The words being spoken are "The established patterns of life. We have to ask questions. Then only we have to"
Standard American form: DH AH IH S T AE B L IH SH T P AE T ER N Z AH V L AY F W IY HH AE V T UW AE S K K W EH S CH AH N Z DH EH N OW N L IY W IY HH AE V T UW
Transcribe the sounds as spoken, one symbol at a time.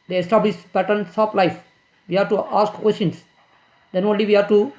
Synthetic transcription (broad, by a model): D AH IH S T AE B L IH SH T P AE T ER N S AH P L AY F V IY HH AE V T UW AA S K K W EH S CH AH N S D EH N OW N L IY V IY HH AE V T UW